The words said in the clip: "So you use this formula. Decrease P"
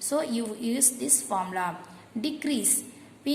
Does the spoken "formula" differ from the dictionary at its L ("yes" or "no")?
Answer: yes